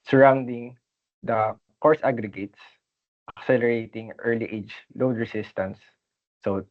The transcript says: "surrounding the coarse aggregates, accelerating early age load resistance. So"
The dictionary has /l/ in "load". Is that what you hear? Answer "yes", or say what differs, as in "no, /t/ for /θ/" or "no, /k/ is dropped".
yes